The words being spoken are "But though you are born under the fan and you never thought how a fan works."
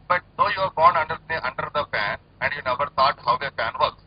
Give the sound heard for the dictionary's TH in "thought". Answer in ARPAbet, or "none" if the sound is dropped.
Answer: T